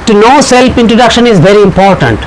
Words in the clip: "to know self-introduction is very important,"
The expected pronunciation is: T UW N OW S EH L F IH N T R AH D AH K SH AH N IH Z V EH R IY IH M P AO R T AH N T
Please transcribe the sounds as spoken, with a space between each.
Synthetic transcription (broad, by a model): T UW N OW S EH L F IH N T R AH D AH K SH AH N IH Z V EH R IY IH M P AO R T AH N T